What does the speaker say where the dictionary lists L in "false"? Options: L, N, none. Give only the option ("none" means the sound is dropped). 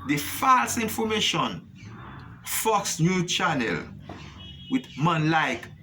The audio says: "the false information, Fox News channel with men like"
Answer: L